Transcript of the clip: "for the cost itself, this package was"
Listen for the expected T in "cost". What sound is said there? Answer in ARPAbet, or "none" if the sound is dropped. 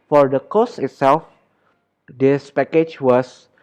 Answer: none